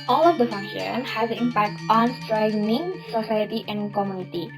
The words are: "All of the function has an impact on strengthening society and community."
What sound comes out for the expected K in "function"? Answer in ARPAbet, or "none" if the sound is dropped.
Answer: none